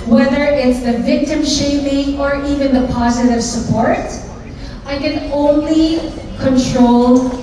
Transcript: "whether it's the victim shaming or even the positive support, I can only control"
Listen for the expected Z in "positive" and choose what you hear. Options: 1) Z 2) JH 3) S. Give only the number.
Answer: 1